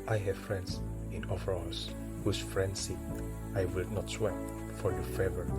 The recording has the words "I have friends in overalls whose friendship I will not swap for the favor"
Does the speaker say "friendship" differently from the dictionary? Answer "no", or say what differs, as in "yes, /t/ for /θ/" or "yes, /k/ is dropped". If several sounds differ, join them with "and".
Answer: yes, /s/ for /ʃ/